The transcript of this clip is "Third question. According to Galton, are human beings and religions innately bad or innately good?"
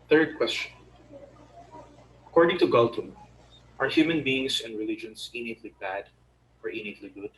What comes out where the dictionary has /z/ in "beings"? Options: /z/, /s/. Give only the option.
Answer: /s/